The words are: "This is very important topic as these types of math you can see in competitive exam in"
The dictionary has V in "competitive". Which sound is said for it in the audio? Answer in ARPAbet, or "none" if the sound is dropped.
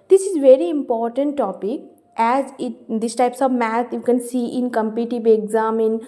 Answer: B